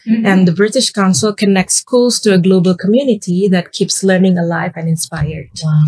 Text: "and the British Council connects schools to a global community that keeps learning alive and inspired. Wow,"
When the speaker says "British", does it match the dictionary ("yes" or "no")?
yes